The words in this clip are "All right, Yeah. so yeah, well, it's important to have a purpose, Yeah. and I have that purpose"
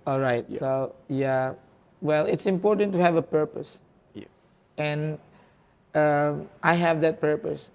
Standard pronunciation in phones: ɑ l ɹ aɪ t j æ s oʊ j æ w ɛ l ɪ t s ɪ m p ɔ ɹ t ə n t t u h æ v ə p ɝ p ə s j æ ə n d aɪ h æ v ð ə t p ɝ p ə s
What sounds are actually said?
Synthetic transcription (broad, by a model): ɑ l ɹ aɪ t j s oʊ j æ w ɛ l ɪ t s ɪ m p ɔ ɹ t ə n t t u h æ v ə p ɝ p ə s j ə n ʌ aɪ h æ v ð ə t p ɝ p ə s